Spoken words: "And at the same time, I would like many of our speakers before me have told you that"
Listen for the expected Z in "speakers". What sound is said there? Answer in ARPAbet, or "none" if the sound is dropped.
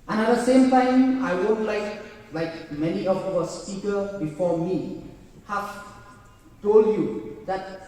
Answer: none